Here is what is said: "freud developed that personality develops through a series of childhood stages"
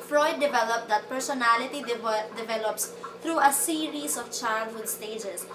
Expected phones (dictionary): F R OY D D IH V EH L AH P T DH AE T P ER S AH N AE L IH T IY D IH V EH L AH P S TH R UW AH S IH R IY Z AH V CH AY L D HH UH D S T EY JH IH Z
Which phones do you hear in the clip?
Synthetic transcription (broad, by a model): F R OY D D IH V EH L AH P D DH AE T P ER S AH N AE L IH T IY D IH V EH L AH P S T R UW AH S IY R IY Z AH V CH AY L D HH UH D S T EY JH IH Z